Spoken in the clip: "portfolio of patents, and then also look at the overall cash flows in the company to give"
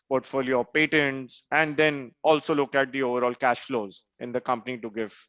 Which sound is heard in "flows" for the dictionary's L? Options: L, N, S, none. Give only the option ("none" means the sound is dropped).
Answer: L